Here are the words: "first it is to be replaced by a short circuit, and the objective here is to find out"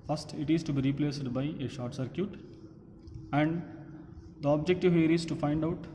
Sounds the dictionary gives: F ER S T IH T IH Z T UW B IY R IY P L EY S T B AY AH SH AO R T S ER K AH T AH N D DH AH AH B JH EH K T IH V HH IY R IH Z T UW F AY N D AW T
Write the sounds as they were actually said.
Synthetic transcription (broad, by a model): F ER S T IH T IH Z T UW B IY R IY P L EY S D B AY AH SH AO R T S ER K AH T AH N D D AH AH B JH EH K T IH V HH IY R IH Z T UW F AY N D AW T